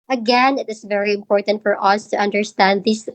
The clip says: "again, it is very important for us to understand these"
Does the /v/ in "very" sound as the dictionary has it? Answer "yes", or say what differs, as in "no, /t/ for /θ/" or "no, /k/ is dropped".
yes